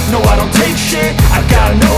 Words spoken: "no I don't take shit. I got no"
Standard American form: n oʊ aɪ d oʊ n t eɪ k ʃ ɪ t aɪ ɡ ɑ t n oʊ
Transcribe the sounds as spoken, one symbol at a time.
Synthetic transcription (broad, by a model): n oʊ aɪ d oʊ n t eɪ k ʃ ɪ aɪ ɡ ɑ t n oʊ